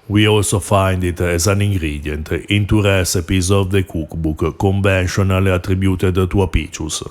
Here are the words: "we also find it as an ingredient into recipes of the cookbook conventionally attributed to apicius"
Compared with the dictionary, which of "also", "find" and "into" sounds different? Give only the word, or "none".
none